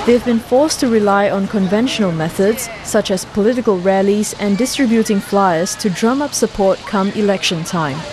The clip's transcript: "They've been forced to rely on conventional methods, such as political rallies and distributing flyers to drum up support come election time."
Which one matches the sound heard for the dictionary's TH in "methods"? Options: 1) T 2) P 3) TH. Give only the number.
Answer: 3